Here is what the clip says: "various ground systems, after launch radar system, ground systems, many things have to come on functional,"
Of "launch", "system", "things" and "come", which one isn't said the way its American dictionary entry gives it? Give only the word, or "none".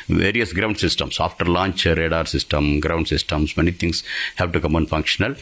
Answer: things